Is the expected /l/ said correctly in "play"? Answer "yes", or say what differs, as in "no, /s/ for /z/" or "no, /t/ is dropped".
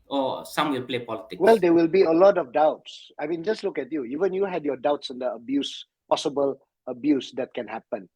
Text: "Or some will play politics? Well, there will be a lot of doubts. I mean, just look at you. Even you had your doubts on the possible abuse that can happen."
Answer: yes